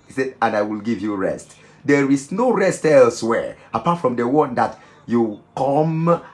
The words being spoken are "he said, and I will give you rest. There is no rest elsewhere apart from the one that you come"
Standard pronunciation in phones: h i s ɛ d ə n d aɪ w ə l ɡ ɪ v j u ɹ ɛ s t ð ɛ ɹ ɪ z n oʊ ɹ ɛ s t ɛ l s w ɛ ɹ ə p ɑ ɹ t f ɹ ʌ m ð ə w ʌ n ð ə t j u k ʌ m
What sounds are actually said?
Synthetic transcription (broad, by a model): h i s ɛ d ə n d aɪ w ə l ɡ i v j u ɹ ɛ s t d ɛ ɹ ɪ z n oʊ ɹ ɛ s t ɛ l s w ɛ ɹ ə p ɑ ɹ t f ɹ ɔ m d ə w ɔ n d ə t j u k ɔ m